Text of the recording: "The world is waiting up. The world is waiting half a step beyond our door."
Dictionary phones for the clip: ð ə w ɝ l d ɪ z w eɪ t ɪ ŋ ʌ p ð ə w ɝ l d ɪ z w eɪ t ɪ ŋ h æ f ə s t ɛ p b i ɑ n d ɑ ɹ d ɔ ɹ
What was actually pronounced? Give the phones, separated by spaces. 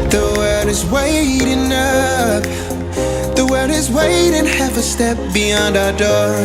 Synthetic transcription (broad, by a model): ð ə w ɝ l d ɪ z w eɪ t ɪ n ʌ f ð ə w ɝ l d ɪ z w eɪ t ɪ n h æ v ə s t ɛ p b i ɑ n d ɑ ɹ d ɔ ɹ